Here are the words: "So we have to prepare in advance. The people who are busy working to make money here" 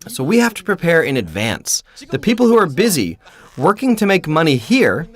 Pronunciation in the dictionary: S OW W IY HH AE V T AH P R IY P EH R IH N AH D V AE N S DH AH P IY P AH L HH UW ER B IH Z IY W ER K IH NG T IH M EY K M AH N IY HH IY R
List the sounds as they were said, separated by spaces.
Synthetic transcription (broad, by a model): S OW W IY HH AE F T AH P R IY P EH R IH N AH D V AE N S DH AH P IY P L HH UW ER B IH Z IY W ER K IH NG T IH M EY K M AH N IY HH IY R